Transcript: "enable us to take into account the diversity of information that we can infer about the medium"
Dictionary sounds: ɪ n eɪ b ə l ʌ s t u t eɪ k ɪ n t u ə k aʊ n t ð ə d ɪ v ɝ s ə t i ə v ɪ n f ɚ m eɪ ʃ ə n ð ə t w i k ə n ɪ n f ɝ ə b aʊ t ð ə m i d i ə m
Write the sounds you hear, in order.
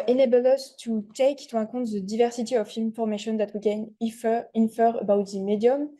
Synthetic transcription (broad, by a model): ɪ n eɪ b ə l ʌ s t u t eɪ k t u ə k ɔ t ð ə d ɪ v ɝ s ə t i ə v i n f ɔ m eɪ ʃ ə n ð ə t w i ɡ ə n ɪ n f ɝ ə b aʊ t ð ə m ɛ d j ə m